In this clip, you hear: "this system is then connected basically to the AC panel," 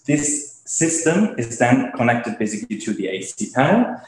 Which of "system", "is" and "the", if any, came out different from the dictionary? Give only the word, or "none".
none